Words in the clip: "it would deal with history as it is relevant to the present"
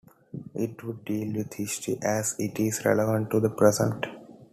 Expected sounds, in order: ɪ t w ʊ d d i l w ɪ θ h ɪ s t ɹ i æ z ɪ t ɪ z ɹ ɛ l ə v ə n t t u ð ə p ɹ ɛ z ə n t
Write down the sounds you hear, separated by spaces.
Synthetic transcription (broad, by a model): ɪ t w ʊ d d i l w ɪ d h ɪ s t i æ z ɪ t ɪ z ɹ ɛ l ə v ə n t t u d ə p ɹ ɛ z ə n t